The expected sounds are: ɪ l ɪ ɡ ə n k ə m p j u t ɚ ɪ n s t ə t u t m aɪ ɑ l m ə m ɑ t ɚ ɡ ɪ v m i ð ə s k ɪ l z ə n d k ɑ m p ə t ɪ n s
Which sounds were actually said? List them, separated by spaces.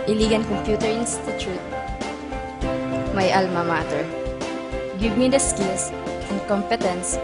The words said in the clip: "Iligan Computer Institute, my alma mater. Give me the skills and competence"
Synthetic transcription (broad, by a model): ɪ l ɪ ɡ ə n k ə m p j u t ɚ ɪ n s t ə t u t m aɪ ɑ l m ə m ɑ t ɚ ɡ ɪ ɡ m i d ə s k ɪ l s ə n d k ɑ m p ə t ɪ n s